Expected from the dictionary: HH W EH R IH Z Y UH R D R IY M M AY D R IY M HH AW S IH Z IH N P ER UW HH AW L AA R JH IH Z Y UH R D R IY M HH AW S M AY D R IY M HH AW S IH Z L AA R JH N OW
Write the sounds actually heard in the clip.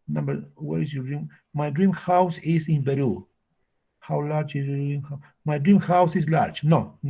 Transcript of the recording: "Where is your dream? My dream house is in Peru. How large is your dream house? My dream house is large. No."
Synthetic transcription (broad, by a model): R W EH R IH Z Y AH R D R IY M M AY D R IY M HH AW S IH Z IH N B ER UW HH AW L AA R JH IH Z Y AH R D R IY M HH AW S M AY D R IY M HH AW S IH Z L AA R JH N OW